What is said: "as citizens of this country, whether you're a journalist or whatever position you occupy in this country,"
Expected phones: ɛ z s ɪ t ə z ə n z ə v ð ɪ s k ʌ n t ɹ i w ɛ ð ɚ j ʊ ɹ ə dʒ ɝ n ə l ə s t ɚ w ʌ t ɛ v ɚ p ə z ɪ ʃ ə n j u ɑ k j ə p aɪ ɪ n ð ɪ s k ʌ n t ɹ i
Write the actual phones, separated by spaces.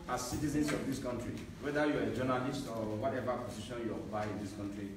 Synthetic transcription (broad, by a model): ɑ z s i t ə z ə n s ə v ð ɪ s k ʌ n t ɹ i w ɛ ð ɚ j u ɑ ə dʒ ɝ n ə l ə s t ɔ w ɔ t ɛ v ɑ p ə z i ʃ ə n j u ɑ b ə ɪ ɪ n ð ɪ s k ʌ n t ɹ i